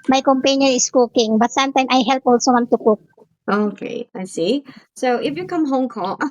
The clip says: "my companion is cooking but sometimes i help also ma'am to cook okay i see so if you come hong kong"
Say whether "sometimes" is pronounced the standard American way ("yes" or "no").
no